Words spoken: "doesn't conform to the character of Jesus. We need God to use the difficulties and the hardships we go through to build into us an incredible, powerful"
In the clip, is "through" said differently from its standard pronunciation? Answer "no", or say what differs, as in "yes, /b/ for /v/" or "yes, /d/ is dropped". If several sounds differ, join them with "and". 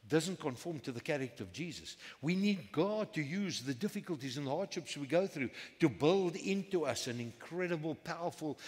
no